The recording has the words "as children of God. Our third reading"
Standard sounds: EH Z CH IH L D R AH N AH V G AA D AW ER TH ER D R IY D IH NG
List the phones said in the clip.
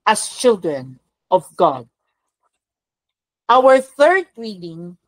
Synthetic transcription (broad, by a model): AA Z CH IH L D R AH N AH V G AA D AW ER TH ER D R IY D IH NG